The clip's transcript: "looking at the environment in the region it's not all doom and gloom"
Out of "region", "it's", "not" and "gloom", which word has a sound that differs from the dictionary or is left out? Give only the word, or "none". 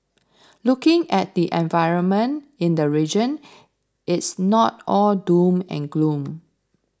none